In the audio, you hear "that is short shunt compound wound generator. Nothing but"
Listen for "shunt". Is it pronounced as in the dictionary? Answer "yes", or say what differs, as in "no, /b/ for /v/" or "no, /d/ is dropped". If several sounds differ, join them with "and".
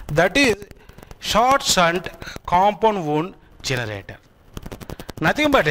no, /s/ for /ʃ/